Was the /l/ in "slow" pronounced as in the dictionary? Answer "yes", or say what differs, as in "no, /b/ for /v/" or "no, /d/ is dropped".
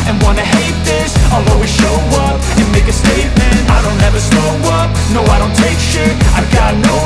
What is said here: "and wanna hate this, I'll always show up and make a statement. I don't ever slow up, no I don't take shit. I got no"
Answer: no, /l/ is dropped